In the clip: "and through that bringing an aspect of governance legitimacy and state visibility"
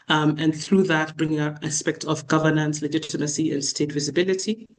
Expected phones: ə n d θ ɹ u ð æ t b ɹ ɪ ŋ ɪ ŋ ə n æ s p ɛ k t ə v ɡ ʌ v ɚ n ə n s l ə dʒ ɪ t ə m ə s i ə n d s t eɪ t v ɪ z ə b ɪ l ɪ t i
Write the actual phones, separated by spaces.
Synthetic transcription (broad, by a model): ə n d θ ɹ u ð æ t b ɹ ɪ ŋ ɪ ŋ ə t æ s p ɛ k t ə v ɡ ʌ v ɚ n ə n s l ə dʒ ɪ t ə m ə s i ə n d s t eɪ t v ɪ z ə b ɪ l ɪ t i